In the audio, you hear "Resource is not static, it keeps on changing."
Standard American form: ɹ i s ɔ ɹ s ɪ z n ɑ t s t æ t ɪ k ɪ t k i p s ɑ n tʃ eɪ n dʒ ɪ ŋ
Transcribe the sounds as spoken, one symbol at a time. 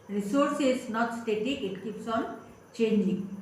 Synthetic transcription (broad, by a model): ɹ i s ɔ ɹ s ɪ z n ɑ t s t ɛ t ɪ ɪ t k i p s ɑ n tʃ eɪ n dʒ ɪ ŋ